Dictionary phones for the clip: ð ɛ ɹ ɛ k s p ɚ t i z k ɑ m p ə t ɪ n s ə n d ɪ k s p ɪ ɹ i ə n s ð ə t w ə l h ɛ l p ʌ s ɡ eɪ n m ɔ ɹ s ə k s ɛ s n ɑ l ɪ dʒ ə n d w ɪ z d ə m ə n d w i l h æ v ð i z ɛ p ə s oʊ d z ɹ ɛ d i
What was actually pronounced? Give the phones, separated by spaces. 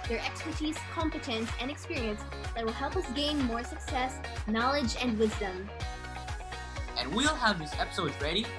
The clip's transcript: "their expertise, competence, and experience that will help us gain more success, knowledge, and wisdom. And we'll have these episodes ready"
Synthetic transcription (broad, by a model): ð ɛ ɹ ɛ k s p ɚ t i z k ɑ m p ə t ɪ n s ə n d ɪ k s p ɪ ɹ i ə n s ð ə t w ə l h ɛ l p ʌ s ɡ eɪ n m ɔ ɹ s ə k s ɛ s n ɑ l ɪ dʒ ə n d w ɪ z d ə m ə n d w i l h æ v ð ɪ s ɛ p ə s oʊ d z ɹ ɛ d i